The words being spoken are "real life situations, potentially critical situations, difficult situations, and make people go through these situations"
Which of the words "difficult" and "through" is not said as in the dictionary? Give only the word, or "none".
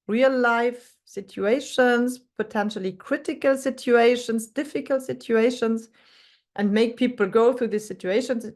none